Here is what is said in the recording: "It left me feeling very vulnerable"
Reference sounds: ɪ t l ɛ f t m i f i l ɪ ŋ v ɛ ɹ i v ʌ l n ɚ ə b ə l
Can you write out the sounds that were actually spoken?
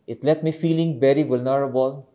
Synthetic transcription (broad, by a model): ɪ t l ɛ t m i f i l ɪ ŋ b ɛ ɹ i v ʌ l n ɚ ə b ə l